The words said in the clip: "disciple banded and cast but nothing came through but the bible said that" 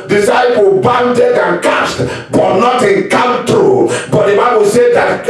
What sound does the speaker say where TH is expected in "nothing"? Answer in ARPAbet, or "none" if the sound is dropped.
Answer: T